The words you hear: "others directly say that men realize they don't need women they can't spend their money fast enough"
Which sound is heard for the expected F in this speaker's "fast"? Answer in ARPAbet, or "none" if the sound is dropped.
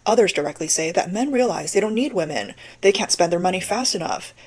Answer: F